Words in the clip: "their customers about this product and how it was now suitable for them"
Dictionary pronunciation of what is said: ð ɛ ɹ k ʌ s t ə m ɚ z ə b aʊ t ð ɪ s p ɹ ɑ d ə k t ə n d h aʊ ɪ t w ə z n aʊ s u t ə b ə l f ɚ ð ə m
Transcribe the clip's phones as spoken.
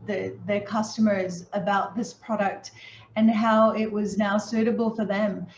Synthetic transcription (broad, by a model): ð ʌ ɹ k ʌ s t ə m ɚ z ə b aʊ t ð ɪ s p ɹ ɑ d ə k t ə n h aʊ ɪ t w ə z n aʊ s u t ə b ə l f ɚ ð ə m